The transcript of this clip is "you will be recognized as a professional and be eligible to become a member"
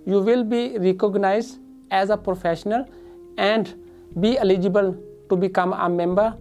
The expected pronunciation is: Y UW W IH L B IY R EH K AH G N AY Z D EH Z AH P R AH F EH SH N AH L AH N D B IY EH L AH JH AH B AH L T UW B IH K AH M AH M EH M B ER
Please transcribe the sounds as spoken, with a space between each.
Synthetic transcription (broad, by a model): Y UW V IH L B IY R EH K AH G N AY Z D EH Z AH P R AH F EH SH N AH L AH N D B IY EH L AH JH AH B AH L T UW B IH K AH M AH M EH M B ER